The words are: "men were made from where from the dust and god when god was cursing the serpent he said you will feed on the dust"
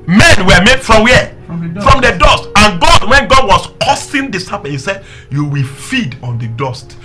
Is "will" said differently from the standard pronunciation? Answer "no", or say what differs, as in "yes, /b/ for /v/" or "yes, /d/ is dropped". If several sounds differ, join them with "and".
no